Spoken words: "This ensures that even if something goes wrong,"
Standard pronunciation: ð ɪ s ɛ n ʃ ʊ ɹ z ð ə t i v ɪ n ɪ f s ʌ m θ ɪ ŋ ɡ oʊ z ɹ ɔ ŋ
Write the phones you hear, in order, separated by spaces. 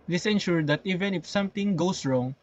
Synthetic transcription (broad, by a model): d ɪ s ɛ n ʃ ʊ ɹ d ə t i v ɪ n ɪ f s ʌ m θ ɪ ŋ ɡ oʊ s ɹ ɔ ŋ